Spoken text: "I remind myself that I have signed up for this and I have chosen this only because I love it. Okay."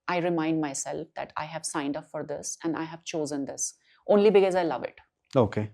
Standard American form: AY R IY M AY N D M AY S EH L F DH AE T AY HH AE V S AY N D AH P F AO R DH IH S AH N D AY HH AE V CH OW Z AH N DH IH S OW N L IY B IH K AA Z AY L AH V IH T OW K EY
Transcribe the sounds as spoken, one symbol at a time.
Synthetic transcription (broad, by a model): AY R IY M AY N D M AY S EH L F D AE T AY HH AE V S AY N D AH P F AO R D IH S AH N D AY HH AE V CH OW Z AH N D IH S OW N L IY B IH K AA Z AY L AH V IH T OW K EY